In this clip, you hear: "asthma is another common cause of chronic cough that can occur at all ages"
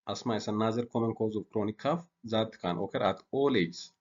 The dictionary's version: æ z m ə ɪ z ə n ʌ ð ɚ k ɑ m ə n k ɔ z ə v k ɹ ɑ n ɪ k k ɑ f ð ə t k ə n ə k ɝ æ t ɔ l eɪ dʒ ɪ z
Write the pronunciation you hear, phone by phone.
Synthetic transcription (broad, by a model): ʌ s m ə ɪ s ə n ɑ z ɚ k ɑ m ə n k ɔ z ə f k ɹ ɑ n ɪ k k ɑ f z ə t k ə n ə k ɝ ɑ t ɔ l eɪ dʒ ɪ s